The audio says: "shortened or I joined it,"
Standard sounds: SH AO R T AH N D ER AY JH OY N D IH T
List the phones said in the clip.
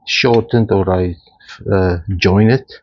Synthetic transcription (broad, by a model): SH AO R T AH N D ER AY JH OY N IH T